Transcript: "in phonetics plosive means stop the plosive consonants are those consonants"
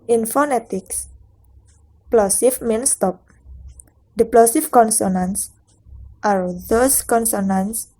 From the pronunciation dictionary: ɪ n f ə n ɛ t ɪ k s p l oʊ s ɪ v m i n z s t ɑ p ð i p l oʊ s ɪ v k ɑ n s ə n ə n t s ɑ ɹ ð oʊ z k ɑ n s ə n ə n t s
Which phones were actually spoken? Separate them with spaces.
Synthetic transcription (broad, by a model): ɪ n f ə n ɛ t ɪ k s p l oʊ s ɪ f m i n s t ɑ p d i p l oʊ s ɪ f k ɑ n s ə n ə n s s ɑ ɹ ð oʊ s k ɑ n s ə n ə n s